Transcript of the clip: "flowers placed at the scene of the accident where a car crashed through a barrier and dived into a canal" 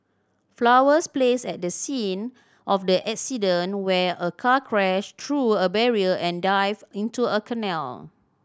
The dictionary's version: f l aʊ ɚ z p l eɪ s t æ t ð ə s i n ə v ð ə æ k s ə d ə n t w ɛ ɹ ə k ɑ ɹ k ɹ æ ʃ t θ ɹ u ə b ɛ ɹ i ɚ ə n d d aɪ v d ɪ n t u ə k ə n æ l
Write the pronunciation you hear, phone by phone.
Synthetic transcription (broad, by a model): f l aʊ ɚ s p l eɪ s ɛ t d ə s i n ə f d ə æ k s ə d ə n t w ɛ ə k ɑ k ɹ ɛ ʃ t ɹ u ə b ɛ ɹ i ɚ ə n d d aɪ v ɪ n t u ə k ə n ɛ l